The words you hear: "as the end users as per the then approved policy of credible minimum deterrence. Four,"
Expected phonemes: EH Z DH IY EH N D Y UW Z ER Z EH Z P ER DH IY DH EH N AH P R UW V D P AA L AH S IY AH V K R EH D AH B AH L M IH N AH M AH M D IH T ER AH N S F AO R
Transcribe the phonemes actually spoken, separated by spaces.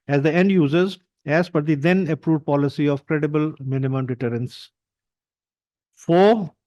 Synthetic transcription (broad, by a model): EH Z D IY EH N D Y UW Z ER Z EH Z F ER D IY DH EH N AH P R UW V D P AA L AH S IY AH V K R EH D AH B AH L M IH N AH M AH M D IH T ER AH N S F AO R